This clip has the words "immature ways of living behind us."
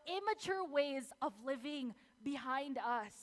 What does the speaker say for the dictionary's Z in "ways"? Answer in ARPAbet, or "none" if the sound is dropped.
Z